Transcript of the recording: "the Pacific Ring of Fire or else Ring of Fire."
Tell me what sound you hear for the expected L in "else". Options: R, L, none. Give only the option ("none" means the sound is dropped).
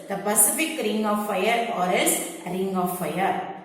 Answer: none